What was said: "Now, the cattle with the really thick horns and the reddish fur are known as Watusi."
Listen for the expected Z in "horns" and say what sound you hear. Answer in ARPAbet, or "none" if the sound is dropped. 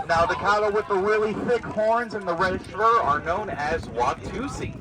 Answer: Z